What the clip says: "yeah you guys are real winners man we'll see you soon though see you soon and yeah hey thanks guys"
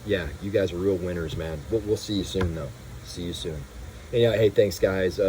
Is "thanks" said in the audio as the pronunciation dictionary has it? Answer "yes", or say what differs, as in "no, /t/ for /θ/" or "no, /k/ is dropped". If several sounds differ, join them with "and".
yes